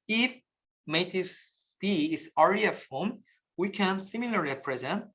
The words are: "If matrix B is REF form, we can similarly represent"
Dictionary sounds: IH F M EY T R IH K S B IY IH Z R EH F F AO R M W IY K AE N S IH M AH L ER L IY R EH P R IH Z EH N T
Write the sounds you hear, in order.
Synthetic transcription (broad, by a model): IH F M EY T IH S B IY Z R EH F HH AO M W IY K AE N S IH M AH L L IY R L P R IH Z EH N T